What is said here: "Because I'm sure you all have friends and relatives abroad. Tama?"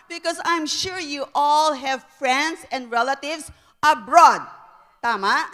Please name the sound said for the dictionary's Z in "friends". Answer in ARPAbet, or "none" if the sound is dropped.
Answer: S